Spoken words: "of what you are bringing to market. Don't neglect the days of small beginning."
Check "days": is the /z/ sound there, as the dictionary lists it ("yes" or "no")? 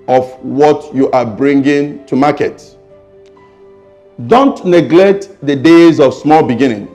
yes